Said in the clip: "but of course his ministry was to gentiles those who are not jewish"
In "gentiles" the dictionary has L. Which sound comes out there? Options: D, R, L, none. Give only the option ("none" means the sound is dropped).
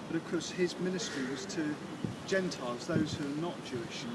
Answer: L